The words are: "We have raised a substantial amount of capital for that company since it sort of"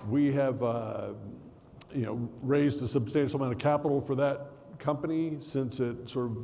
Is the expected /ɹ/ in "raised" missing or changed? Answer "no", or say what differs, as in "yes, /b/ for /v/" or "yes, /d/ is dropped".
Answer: no